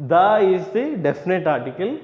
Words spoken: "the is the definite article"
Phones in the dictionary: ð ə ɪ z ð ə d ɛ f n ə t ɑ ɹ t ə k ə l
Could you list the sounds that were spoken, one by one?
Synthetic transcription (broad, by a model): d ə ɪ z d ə d ɛ f n ə t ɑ ɹ t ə k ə l